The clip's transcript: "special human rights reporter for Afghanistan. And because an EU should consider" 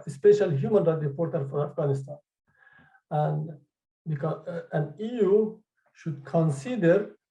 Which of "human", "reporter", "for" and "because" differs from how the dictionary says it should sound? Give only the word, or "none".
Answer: because